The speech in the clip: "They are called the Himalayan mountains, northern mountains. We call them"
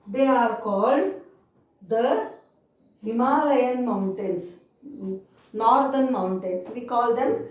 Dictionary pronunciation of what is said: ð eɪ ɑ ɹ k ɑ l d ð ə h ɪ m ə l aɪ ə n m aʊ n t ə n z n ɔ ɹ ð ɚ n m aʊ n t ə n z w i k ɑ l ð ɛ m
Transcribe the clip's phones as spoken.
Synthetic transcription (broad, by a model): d eɪ ɑ ɹ k ɑ l d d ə h ɪ m ə l aɪ ə n m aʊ n t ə n s n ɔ ɹ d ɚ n m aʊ n t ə n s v i k ɑ l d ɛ m